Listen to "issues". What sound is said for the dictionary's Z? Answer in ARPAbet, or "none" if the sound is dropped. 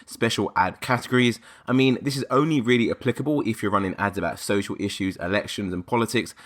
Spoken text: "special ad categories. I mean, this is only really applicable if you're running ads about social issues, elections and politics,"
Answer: Z